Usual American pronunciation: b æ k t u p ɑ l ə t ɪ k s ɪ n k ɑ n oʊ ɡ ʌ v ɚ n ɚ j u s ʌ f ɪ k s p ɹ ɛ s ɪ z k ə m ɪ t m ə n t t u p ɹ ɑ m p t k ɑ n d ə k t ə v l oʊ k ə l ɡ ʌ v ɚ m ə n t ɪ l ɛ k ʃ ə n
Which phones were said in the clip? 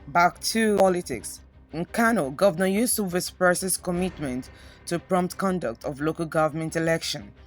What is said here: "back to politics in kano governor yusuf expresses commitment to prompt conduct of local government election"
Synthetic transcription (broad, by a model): b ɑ k t u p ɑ l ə t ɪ k s ɪ n k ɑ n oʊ ɡ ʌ v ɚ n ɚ j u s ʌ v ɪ s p ɛ s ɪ s k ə m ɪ t m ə n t t u p ɹ ɑ m p t k ɑ n d ə k t ə v l oʊ k ə l ɡ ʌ v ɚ m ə n t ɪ l ɛ k ʃ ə n